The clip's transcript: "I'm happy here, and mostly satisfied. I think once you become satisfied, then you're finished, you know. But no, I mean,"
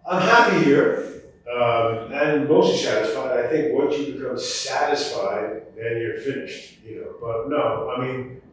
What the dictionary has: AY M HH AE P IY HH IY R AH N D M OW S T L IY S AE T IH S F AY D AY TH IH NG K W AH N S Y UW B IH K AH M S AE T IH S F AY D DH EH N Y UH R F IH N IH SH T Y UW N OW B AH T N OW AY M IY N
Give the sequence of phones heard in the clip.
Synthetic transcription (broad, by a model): AY M HH AE P IY HH IY R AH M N M OW S T L IY S AE T IH S F AY D AY TH IH NG K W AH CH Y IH B IH K AH M S AE T IH S F AY D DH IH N Y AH R F IH N IH SH T Y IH N OW B AH T N OW AY M IY N